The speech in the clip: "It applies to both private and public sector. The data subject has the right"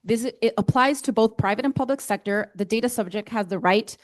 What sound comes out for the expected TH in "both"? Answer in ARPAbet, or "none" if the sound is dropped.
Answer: TH